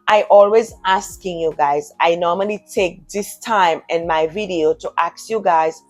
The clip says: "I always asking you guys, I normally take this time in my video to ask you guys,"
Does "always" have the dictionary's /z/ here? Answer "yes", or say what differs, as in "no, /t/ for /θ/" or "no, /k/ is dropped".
yes